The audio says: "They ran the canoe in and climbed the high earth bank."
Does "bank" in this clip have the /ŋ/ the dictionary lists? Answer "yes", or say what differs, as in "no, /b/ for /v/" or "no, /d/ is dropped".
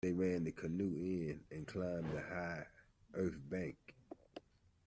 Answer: yes